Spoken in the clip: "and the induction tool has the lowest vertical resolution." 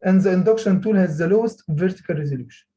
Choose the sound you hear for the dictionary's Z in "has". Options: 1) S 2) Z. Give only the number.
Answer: 2